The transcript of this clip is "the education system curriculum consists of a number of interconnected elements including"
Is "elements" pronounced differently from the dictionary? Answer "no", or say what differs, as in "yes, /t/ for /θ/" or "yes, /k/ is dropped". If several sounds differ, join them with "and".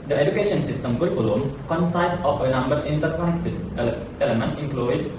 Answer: yes, /s/ is dropped